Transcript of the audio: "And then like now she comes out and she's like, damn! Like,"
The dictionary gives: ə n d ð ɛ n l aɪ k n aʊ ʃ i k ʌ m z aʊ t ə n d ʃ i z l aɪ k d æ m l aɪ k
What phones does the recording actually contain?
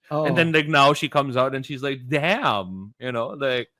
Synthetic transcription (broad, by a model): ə n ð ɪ n l aɪ k n aʊ ʃ i k ʌ m z aʊ t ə n ʃ i z l aɪ k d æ m l aɪ k